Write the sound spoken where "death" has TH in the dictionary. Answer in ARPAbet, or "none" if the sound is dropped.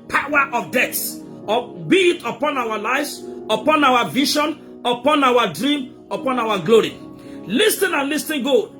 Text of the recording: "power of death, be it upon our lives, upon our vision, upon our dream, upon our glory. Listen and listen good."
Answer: S